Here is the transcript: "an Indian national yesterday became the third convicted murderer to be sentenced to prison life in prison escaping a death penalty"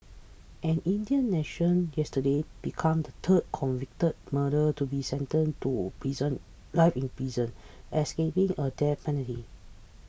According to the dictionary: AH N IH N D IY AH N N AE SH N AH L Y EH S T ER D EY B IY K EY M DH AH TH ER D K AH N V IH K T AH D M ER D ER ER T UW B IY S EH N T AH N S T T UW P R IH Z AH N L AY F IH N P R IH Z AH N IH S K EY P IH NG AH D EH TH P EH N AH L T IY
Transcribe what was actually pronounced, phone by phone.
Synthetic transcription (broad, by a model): AH N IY N D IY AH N N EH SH AH N Y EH S T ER D EY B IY K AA M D AH T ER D K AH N V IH K T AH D M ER D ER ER T UW B IY S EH N T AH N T T UW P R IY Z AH N L AY F IH N P R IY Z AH N IH S K EY P IH NG AH D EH P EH N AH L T IY